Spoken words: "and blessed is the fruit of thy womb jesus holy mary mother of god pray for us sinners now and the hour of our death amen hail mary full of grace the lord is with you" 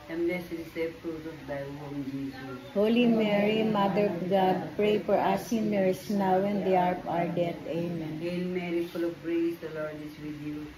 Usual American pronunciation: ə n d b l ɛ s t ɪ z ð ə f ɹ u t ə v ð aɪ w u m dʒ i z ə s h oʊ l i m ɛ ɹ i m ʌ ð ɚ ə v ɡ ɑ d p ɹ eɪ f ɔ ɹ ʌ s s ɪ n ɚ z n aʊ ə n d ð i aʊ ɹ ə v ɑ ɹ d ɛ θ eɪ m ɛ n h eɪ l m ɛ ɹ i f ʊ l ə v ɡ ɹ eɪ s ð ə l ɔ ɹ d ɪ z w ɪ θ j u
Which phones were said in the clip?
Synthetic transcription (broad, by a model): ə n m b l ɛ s ɪ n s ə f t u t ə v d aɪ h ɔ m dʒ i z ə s h oʊ l i m ɛ ɹ i m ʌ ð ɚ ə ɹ ɡ ɑ d p ɹ eɪ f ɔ ɹ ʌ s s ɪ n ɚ s n aʊ ə n d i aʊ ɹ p ɑ ɹ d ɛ t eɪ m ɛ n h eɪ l m ɛ ɹ i f ʊ l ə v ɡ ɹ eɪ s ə l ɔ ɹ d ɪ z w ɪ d j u